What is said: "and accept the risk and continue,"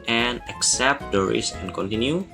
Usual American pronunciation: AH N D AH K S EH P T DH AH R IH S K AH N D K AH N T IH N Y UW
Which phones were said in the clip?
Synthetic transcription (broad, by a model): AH N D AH K S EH P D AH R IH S AH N K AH N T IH N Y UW